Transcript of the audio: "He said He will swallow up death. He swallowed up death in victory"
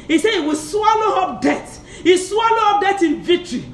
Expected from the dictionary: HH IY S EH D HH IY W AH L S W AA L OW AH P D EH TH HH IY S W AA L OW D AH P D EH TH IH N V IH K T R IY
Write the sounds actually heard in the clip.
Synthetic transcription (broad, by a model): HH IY S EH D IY W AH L S W AA L OW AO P D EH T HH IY S W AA L OW AO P D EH T IH N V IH K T R IY